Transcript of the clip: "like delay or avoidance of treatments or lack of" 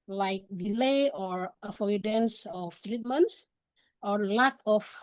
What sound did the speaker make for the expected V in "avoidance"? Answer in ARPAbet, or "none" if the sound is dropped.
F